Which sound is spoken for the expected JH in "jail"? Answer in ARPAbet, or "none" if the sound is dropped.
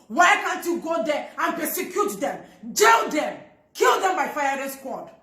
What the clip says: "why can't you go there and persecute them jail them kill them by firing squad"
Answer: JH